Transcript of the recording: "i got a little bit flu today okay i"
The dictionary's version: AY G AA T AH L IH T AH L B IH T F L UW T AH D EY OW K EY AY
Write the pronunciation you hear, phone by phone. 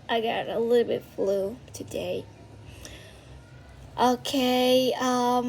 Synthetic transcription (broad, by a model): AY G AA T AH L IH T L B IH T F L UW T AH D EY OW K EY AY